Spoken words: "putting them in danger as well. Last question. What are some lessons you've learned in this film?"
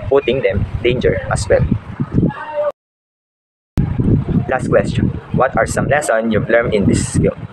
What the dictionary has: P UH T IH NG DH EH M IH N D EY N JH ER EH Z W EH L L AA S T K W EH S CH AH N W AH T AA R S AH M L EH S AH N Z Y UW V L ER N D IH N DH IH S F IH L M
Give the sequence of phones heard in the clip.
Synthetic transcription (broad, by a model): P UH T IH NG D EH M D EY N JH ER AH S W EH L L AA S T K W EH S CH AH N W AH T AA R S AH M L EH S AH N Y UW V L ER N IH N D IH S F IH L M